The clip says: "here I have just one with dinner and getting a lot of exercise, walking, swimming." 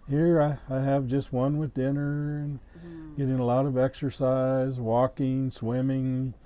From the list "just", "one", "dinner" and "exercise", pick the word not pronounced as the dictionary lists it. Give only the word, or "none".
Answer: none